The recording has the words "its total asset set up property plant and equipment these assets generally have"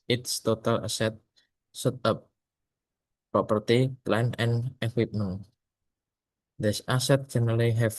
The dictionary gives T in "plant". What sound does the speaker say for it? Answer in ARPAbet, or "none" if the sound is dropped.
none